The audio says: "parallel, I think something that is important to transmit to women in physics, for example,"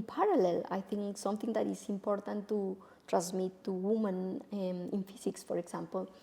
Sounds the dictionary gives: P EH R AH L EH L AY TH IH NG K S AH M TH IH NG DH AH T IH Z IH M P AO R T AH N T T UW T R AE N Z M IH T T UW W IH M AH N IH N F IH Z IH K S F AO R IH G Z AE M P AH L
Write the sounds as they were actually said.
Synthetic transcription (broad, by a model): P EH R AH L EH L AY T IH NG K S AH M T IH NG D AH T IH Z IH M P AO R T AH N T T UW T R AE N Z M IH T T UW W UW M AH N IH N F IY S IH K S F AO R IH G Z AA M P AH L